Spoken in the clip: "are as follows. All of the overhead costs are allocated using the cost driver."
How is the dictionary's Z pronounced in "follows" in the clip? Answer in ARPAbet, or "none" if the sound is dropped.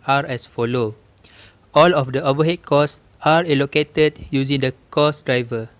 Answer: none